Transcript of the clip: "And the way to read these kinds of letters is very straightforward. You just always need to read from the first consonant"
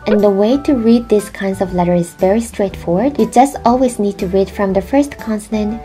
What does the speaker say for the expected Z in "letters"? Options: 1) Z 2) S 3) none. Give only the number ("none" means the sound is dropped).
3